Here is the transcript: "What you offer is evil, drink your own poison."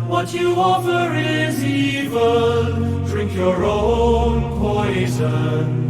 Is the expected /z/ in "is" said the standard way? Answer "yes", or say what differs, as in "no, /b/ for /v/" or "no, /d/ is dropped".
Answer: yes